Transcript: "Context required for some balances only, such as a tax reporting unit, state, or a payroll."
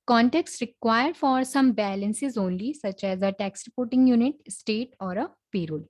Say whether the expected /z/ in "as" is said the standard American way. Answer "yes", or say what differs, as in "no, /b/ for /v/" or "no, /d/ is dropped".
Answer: yes